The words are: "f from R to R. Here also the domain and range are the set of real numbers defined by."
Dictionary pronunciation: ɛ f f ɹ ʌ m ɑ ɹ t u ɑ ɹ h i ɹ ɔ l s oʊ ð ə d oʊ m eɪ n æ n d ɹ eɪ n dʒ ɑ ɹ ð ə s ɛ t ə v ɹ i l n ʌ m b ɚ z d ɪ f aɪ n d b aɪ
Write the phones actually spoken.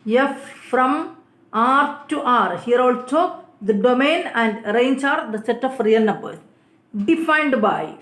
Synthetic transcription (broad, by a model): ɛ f f ɹ ʌ m ɑ ɹ t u ɑ ɹ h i ɹ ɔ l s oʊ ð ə d oʊ m eɪ n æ n d ɹ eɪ n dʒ ɑ ɹ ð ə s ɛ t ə f ɹ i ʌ n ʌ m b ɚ d ɪ f aɪ n d b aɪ